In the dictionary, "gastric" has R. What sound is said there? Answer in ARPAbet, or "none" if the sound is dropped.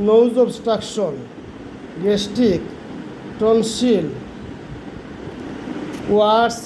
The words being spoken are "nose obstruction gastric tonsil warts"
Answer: none